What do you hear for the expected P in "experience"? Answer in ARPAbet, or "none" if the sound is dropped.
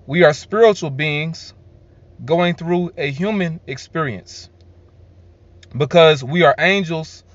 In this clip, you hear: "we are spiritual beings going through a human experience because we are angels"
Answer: P